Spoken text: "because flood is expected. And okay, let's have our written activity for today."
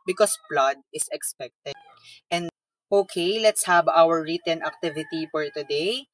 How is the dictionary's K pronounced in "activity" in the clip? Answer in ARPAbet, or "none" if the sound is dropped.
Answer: K